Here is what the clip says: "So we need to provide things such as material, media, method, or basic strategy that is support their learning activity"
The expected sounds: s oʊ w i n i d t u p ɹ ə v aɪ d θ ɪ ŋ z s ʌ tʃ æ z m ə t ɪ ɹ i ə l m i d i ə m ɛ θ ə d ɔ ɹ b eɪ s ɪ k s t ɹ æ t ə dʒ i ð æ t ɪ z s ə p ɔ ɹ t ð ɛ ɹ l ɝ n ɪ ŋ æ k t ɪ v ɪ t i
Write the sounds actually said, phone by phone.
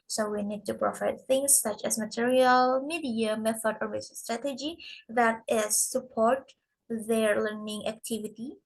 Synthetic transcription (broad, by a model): s oʊ w i n i d t u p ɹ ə f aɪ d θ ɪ ŋ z s ʌ tʃ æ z m ə t ɪ ɹ i ə l m i d i ə m ɛ θ ə d ɔ ɹ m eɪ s s t ɹ æ t ə dʒ i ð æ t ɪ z s ə p ɔ ɹ t ð ɛ ɹ l ɝ n ɪ ŋ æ k t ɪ v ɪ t i